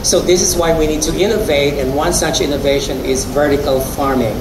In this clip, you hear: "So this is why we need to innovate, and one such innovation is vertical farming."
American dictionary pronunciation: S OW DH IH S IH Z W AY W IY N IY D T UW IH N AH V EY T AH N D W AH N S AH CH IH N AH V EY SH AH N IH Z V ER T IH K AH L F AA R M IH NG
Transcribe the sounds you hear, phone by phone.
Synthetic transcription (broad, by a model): S OW DH IH S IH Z W AY W IY N IY D T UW IH N AH V EY T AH N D W AH N S AH CH IH N AH V EY SH AH N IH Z V ER T IH K AH L F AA R M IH NG